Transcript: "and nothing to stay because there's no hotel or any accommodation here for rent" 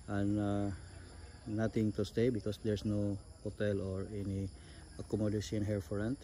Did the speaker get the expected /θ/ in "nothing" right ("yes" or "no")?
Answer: no